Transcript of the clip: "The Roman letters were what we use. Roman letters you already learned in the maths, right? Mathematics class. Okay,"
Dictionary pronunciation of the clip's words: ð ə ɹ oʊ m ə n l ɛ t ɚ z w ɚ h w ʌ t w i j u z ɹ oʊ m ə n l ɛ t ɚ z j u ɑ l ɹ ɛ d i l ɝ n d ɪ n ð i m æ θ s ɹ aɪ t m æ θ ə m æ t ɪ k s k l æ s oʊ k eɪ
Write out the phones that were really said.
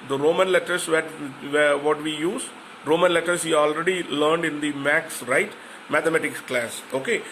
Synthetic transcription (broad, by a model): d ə ɹ oʊ m ə n l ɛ t ɚ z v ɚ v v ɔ t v i j u z ɹ oʊ m ə n l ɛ t ɚ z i ɑ l ɹ ɛ d i l ɝ n d ɪ n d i m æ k s ɹ aɪ t m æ t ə m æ t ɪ k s k l æ s oʊ k eɪ